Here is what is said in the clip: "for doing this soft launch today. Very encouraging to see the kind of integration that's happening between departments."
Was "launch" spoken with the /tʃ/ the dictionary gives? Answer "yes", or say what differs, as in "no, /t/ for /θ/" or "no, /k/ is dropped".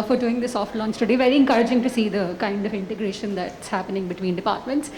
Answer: no, /s/ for /tʃ/